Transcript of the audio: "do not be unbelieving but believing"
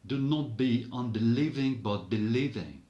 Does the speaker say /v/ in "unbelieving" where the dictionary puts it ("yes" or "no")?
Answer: yes